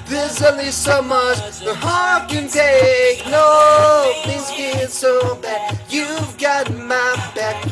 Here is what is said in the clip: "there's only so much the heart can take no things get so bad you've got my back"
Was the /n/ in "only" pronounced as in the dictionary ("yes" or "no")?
no